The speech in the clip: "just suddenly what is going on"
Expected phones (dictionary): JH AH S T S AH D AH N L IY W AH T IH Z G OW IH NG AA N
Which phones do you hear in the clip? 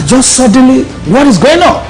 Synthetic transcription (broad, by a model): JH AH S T S AH D AH N L IY W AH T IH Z G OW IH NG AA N